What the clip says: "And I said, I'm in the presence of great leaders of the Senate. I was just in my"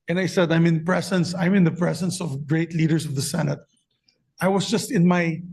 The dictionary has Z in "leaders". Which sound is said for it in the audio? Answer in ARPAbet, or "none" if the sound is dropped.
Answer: S